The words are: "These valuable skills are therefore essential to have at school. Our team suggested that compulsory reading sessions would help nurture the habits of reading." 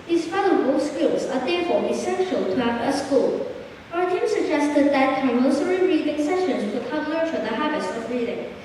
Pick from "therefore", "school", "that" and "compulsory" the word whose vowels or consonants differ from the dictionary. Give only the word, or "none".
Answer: compulsory